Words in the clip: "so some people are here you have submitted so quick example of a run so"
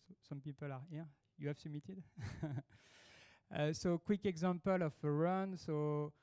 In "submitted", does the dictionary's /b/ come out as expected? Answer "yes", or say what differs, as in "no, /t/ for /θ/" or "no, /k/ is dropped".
no, /b/ is dropped